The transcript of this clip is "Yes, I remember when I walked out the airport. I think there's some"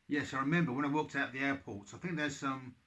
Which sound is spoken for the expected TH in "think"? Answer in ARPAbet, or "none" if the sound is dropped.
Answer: TH